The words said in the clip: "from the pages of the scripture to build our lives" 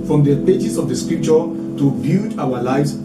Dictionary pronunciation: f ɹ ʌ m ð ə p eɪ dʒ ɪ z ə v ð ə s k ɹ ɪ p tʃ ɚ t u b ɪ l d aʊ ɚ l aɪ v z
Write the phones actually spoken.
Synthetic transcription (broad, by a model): f ɹ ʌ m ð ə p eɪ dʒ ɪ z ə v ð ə s k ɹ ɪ p tʃ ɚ t u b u d aʊ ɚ l aɪ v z